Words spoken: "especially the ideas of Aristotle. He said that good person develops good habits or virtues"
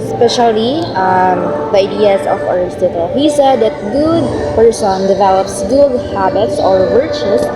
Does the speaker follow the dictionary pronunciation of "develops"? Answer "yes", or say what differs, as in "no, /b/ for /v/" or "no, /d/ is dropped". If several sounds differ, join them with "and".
yes